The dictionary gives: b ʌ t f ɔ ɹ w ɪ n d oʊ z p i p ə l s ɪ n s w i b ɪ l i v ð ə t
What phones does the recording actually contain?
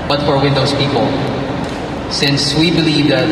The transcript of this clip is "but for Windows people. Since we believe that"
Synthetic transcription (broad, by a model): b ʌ t f ɔ ɹ w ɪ n d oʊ s p i p ə l s ɪ n s w i b ɪ l i v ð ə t